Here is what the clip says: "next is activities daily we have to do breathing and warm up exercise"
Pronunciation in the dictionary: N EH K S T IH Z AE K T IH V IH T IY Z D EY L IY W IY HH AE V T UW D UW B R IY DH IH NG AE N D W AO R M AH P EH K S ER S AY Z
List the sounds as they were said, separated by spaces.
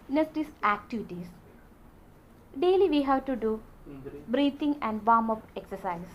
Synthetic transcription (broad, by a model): N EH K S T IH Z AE K T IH V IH T IY S D EY L IY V IY HH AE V T UW D UW B R IY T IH NG AE N D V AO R M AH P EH K S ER S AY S